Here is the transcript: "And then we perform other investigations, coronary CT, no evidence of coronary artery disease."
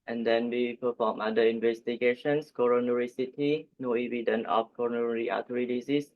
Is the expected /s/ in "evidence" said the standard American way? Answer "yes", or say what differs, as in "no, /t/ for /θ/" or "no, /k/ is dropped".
no, /s/ is dropped